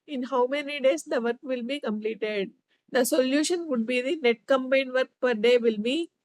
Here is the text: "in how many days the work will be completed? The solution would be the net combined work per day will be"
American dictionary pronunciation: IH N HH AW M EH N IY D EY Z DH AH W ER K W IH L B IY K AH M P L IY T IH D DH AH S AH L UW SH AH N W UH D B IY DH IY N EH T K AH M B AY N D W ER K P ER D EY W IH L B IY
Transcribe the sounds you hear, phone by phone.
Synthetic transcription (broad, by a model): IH N HH AW M EH N IY D EY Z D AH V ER K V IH L B IY K AH M P L IY T IH D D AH S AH L UW SH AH N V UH D B IY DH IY N EH T K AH M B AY N D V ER K P ER D EY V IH L B IY